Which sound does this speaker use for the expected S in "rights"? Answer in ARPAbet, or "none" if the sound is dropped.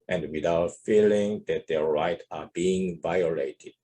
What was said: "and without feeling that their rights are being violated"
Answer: none